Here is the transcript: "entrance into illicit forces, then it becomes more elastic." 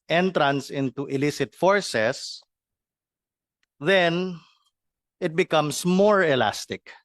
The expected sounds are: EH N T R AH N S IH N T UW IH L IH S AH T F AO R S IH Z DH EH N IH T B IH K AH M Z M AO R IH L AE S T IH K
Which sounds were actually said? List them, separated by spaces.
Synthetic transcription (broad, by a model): EH N T R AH N S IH N T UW IH L IH S AH T F AO R S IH S DH EH N IH T B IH K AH M S M AO R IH L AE S T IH K